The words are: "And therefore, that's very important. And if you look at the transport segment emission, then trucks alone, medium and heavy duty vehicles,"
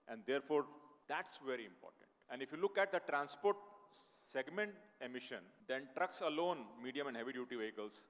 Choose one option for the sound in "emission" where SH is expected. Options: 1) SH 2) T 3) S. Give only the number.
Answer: 1